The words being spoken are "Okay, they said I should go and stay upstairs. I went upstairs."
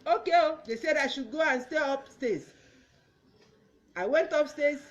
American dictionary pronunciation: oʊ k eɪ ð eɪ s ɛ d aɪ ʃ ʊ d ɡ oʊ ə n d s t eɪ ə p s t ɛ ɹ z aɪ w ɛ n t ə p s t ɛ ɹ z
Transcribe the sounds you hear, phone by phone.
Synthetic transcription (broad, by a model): oʊ k eɪ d eɪ s ɛ d aɪ ʃ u d ɡ oʊ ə n s t eɪ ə p s t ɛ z aɪ w ɛ n t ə p s t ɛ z